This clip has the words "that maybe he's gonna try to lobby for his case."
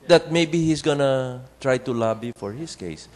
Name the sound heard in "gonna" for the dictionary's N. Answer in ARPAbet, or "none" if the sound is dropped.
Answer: N